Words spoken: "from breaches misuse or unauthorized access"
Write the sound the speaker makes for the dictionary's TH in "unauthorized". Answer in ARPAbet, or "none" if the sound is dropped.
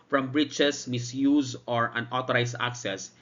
T